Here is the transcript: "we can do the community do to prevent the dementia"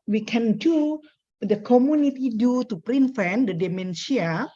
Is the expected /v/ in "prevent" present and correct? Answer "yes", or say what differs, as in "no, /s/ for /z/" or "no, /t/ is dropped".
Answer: no, /f/ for /v/